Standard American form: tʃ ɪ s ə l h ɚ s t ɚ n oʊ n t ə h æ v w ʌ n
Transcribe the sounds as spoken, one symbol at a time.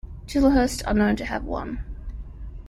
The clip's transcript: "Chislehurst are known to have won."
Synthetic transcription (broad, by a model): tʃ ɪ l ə h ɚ s t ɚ n oʊ n t ə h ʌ v w ʌ n